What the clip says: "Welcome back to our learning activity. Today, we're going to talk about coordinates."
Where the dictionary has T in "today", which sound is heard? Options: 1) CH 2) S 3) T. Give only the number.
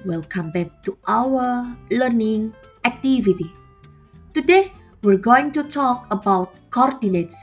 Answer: 3